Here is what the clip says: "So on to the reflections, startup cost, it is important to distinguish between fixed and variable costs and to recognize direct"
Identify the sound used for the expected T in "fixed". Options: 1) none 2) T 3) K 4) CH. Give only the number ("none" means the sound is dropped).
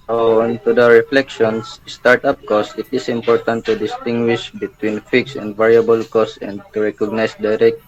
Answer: 1